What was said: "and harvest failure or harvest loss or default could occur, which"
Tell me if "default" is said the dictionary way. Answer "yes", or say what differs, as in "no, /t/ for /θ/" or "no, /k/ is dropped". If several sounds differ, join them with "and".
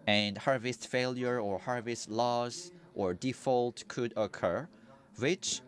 yes